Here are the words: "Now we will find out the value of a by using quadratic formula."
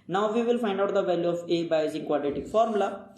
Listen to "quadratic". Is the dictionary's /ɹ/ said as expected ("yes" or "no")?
no